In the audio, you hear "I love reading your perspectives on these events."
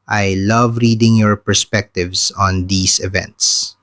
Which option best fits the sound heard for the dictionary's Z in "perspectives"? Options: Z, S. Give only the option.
S